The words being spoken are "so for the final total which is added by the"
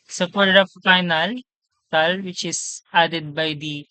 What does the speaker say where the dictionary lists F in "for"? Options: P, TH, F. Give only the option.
P